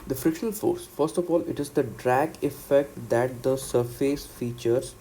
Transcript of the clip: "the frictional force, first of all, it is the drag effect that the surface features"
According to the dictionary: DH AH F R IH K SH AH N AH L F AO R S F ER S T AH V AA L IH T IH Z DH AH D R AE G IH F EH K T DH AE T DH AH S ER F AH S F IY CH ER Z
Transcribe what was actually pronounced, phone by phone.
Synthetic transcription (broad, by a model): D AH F R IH SH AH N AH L F AO R S F ER S T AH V AA L IH T IH Z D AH D R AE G IH F EH K T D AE T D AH S ER F AH S F IY CH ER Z